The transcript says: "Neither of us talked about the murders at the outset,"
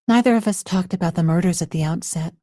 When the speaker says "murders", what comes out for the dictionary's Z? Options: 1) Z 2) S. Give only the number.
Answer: 1